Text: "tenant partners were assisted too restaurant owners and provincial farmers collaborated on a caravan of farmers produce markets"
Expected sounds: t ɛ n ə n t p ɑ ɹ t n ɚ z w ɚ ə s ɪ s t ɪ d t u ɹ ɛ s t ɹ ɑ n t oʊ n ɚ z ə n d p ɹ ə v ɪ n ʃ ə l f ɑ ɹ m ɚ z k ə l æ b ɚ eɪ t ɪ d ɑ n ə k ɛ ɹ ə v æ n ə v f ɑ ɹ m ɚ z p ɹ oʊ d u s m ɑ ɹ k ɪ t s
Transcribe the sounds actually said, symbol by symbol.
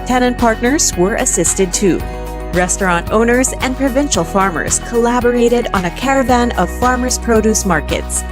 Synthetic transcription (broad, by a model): t ɛ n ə n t p ɑ ɹ t n ɚ z w ɚ ə s ɪ s t ɪ d t u ɹ ɛ s t ɹ ɑ n t oʊ n ɚ z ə n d p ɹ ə v ɪ n ʃ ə l f ɑ ɹ m ɚ z k ə l æ b ɚ eɪ t ɪ d n ə k ɛ ɹ ə v æ n ə v f ɑ ɹ m ɚ z p ɹ oʊ d u s m ɑ ɹ k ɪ t s